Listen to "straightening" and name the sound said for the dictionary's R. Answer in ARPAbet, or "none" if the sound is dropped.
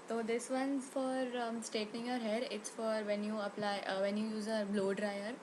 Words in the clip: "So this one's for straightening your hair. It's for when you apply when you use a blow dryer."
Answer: none